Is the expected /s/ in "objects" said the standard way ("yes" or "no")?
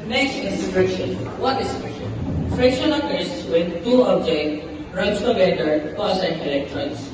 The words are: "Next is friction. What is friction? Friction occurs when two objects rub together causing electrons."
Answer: no